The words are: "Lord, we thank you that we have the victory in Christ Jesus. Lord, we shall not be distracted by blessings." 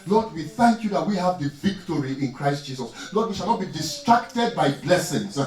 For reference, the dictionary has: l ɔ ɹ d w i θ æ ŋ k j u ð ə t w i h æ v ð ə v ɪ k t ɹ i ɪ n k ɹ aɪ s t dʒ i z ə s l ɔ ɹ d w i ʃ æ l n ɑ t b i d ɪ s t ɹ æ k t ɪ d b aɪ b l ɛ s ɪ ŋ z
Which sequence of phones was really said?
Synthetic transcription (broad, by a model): l ɔ d w i θ æ ŋ k j u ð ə t w i h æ v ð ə v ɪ k t ɹ i ɪ n k ɹ aɪ s t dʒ i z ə s l ɔ d w i ʃ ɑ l n ɑ t b i d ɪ s t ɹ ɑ k t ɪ d b aɪ b l ɛ s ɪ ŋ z